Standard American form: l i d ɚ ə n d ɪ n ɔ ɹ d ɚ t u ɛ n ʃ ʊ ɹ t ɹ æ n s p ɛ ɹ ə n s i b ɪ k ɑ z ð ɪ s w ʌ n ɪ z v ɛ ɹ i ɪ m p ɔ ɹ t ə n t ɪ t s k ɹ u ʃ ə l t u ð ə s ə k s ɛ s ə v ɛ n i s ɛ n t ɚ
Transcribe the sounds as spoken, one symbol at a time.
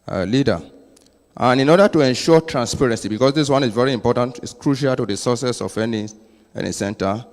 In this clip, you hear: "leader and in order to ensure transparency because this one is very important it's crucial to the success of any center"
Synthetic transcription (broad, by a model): l i d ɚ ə n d ɪ n ɔ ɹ d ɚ t u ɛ n ʃ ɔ t ɹ æ n s p ɛ ɹ ə n s i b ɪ k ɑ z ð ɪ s w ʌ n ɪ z v ɛ ɹ i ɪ m p ɔ t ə n t ɪ t s k ɹ u ʃ ə l t u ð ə s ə s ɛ s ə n ɛ n i s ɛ n t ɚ